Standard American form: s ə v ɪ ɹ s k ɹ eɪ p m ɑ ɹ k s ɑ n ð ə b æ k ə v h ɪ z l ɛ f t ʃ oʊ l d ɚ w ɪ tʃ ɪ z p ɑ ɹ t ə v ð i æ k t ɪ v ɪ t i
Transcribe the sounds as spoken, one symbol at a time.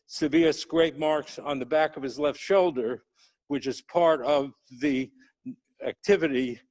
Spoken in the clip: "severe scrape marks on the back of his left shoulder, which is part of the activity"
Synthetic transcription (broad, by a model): s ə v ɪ s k ɹ eɪ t m ɑ ɹ k s n ð ə b æ k ə v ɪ z l ɛ f t ʃ oʊ l d ɚ w ɪ tʃ ɪ z p ɑ ɹ t ə v ð i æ k t ɪ v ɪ t i